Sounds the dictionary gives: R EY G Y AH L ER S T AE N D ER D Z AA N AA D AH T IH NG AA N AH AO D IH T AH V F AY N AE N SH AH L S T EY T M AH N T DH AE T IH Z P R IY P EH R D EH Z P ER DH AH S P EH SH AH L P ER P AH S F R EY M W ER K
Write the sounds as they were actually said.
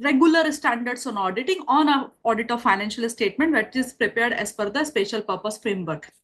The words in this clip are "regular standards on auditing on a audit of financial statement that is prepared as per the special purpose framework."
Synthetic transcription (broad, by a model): R EY G Y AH L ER S T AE N D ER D S AA N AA D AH T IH NG AA N AH AO D IH T AH V F AY N AE N SH AH L S T EY T M AH N T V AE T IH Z P R IY P EH R D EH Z F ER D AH S P EH SH AH L P ER P AH S F R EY M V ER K